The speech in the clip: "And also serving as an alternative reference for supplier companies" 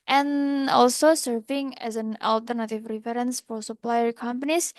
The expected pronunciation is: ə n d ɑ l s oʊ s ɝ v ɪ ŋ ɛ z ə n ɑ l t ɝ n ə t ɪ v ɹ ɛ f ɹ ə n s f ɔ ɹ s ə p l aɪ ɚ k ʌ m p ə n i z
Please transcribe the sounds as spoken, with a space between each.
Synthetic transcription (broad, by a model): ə n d ɑ l s oʊ s ɝ v ɪ ŋ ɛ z ə n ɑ l t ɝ n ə t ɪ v ɹ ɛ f ɹ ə n s f ɔ ɹ s ə p l aɪ ɚ k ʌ m p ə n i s